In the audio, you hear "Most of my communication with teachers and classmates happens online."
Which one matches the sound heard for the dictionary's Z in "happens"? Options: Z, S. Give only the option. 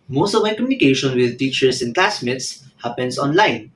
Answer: S